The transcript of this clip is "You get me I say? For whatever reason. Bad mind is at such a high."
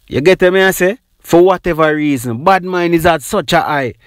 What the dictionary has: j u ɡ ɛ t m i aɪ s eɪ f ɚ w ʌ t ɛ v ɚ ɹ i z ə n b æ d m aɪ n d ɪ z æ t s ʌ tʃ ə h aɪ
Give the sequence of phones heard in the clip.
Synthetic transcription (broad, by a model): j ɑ ɡ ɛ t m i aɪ s eɪ f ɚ w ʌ t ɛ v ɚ ɹ i z ə n b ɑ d m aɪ n ɪ z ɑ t s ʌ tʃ ə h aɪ